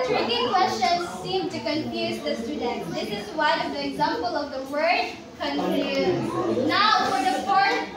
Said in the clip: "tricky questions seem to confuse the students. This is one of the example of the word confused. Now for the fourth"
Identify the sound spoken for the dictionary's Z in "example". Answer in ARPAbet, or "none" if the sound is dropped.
Z